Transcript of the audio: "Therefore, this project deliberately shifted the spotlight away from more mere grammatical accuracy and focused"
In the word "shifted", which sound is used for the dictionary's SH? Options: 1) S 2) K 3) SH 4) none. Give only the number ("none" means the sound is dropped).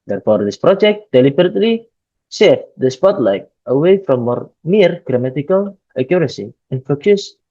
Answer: 1